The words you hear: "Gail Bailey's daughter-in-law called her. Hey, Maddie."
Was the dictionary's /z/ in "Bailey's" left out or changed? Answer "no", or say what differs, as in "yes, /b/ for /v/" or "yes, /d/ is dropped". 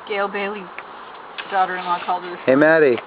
yes, /z/ is dropped